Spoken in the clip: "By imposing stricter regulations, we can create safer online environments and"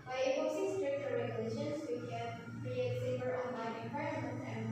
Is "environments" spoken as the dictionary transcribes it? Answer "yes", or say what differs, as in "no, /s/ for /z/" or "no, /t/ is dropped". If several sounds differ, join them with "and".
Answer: no, /p/ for /v/